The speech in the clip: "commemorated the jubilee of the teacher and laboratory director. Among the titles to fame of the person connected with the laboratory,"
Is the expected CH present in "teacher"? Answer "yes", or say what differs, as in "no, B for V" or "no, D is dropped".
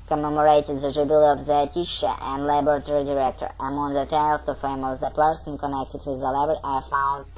no, SH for CH